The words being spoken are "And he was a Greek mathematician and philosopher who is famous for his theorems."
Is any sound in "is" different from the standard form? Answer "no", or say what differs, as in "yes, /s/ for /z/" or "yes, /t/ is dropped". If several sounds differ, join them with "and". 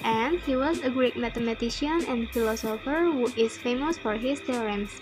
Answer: yes, /s/ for /z/